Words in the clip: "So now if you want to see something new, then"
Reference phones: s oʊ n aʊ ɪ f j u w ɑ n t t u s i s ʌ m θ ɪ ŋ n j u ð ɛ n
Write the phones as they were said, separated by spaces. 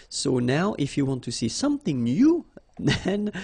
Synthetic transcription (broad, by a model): s oʊ n aʊ ɪ f j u w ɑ n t t u s i s ʌ m θ ɪ ŋ n j u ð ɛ n